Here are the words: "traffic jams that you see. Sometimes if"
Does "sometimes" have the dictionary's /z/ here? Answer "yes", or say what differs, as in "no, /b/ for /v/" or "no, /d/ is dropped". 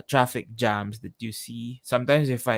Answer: no, /s/ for /z/